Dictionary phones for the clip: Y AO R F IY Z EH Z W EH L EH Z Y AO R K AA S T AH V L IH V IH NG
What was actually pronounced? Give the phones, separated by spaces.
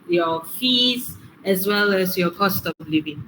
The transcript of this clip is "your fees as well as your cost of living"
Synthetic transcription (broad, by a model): Y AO F IY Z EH S W EH L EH S Y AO K AA S T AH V L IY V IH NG